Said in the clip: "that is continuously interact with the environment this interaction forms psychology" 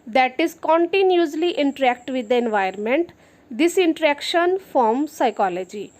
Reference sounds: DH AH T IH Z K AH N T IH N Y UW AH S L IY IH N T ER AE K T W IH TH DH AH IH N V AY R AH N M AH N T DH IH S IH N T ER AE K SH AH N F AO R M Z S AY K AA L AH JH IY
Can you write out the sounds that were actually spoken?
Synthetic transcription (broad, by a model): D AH T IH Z K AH N T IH N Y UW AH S L IY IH N T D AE K T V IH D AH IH N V AY AH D M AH N T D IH S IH N T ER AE K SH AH N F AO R M S AY K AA L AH JH IY